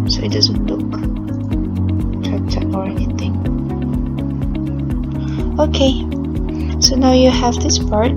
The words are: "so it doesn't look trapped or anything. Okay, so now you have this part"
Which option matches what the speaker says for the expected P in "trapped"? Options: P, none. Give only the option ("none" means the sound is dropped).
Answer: none